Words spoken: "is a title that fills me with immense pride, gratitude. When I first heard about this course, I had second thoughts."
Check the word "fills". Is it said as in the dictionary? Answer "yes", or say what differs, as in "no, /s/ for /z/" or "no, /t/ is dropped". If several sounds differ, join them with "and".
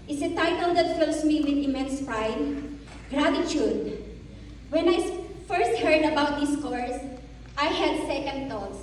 no, /s/ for /z/